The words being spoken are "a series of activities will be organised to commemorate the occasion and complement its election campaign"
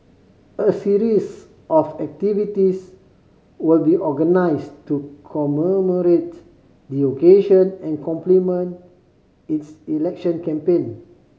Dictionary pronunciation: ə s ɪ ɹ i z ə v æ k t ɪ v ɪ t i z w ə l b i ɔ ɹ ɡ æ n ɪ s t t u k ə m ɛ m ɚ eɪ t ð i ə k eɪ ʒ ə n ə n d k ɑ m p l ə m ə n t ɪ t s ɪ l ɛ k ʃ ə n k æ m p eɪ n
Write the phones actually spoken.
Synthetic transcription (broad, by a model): ə s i ɹ i s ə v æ k t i v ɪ t i s w ə l b i ɔ ɡ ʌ n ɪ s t t u k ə m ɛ m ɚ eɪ t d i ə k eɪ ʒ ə n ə n k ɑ m p l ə m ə n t ɪ t s ɪ l ɛ k ʃ ə n k æ m p eɪ n